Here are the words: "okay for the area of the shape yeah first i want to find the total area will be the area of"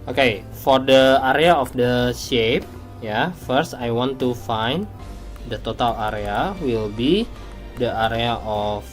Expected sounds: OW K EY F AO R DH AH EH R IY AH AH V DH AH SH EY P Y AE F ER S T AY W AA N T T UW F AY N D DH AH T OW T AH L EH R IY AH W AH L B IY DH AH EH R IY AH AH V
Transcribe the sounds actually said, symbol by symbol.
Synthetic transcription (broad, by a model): OW K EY F AO R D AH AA R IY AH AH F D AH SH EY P Y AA F ER S T AY W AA N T T UW F AY N D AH T OW T AH L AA R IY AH W AH L B IY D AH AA R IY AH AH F